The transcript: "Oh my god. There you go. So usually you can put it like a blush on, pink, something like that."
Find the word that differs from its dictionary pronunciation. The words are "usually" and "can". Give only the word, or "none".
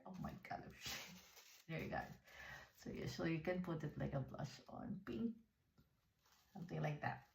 usually